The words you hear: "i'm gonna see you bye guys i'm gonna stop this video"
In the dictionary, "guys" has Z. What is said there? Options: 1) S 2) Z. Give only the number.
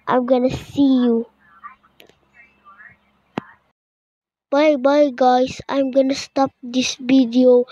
1